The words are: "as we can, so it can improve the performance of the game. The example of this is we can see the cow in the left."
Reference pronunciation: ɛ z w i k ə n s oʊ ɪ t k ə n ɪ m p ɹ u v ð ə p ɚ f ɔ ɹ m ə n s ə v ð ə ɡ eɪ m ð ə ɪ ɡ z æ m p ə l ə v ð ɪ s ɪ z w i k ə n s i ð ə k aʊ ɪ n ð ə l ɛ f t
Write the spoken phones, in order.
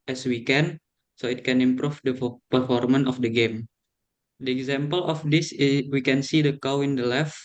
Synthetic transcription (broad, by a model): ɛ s w i k ə n s oʊ ɪ t k ə n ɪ m p ɹ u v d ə p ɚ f ɔ ɹ m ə n ə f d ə ɡ eɪ m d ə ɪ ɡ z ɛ m p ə l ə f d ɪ s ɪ w i k ə n s i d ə k aʊ ɪ n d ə l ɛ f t